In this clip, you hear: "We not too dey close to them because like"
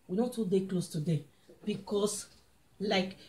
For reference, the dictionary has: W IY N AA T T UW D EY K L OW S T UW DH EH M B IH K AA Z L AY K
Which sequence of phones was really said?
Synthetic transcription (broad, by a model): W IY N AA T T UW D EY K L OW S T UW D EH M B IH K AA S L AY K